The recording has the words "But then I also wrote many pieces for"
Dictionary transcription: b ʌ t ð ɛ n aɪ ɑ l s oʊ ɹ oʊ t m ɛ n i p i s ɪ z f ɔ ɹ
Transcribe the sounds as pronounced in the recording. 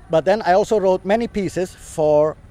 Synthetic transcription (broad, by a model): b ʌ t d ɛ n aɪ ɑ l s oʊ ɹ oʊ t m ɛ n i p i s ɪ s f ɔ ɹ